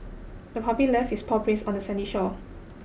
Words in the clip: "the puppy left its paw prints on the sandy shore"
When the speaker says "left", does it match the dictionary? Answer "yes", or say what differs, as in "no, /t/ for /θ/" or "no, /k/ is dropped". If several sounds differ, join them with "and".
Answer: no, /t/ is dropped